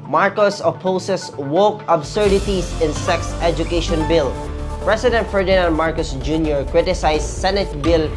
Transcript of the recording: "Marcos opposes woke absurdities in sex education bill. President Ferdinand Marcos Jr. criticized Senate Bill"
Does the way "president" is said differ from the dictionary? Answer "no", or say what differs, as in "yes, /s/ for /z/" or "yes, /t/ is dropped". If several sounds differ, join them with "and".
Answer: yes, /s/ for /z/